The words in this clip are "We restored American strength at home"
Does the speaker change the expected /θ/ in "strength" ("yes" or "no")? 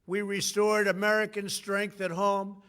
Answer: no